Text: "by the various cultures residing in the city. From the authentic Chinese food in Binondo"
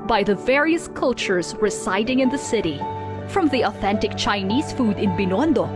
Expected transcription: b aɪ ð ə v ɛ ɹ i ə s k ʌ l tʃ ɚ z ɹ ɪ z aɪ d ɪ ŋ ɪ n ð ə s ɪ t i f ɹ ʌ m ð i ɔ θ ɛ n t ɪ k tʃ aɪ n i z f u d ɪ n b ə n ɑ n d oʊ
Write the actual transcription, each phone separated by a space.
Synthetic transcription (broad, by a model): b aɪ ð ə v ɛ ɹ i ə s k ʌ l tʃ ɚ z ɹ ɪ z aɪ d ɪ ŋ ɪ n ð ə s ɪ t i f ɹ ʌ m ð i ɔ θ ɛ n t ɪ k tʃ aɪ n i z f u d ɪ n b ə n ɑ n d oʊ